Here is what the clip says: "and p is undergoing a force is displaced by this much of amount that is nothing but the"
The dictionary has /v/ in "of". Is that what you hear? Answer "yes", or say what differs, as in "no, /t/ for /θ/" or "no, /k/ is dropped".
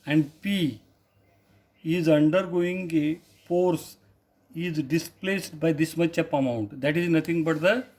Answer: no, /p/ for /v/